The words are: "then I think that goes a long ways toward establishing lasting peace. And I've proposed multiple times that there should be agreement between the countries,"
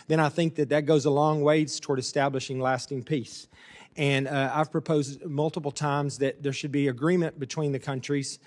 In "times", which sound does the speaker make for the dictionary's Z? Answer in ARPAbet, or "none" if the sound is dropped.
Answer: Z